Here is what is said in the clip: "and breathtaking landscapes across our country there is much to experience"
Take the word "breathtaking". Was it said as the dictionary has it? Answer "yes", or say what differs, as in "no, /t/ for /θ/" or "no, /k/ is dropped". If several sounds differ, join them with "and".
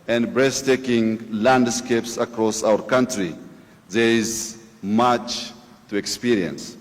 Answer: no, /s/ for /θ/